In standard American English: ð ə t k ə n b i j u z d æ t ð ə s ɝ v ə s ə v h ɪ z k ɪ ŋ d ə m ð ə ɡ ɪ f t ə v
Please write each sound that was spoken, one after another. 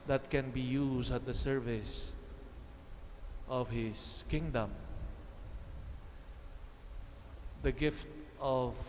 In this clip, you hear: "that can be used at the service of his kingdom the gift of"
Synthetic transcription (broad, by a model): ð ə t k ə n b i j u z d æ t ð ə s ɝ v ə s ə v h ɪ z k ɪ ŋ d ə m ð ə ɡ ɪ f t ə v